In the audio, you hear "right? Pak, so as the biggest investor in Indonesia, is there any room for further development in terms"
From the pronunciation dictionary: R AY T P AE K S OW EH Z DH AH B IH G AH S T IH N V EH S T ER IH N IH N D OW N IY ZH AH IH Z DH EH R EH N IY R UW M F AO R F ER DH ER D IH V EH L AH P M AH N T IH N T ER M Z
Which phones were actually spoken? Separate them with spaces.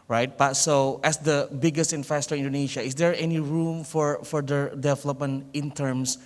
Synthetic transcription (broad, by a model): R AY T B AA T S OW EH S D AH B IH G AH S T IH N F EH S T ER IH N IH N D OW N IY SH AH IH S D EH R EH N IY R UW M F AO R F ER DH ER D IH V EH L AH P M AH N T IH N T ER M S